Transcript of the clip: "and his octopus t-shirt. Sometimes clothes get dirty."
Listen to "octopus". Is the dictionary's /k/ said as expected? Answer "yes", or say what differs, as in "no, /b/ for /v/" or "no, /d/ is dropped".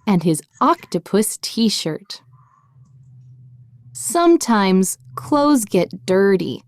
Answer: yes